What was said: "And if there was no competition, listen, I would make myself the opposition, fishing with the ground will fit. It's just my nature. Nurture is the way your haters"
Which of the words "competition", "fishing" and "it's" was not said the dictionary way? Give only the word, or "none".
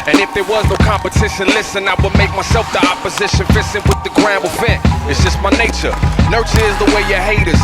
fishing